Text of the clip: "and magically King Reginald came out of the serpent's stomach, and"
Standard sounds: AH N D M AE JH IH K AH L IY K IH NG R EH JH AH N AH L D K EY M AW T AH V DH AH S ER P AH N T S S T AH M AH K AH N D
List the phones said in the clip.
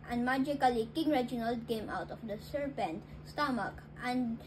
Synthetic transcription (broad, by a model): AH N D M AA JH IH K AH L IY K IH NG R EH JH AH N AH L D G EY M AW T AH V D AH S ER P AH N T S S T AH M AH K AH N D